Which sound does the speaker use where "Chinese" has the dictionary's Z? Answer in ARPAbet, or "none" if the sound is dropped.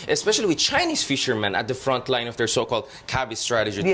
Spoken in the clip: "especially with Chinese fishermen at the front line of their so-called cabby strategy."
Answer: S